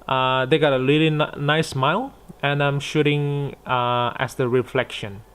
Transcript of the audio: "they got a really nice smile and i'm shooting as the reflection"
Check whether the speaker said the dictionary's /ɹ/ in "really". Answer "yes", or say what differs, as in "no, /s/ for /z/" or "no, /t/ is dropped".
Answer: no, /l/ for /ɹ/